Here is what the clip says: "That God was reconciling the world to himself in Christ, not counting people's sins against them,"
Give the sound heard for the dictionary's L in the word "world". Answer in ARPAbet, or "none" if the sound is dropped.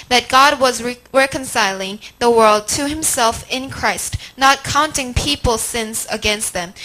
L